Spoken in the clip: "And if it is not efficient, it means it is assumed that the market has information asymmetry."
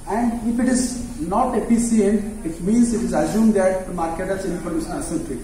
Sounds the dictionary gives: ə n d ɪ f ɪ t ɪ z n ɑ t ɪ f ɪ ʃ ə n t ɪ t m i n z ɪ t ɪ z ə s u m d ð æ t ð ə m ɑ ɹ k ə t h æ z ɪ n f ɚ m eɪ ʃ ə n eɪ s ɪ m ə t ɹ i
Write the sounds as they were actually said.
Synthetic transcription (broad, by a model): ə n d ɪ f ɪ t ɪ z n ɑ t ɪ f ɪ s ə n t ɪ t m i n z ɪ t ɪ z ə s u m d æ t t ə m ɑ ɹ k ə t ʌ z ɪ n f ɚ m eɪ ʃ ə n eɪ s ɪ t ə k